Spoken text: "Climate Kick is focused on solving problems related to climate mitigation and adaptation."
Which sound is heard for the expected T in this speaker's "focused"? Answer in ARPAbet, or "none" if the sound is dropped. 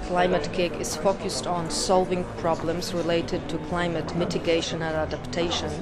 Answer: T